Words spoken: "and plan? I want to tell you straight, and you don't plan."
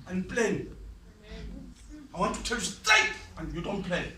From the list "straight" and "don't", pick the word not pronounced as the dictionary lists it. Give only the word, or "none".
straight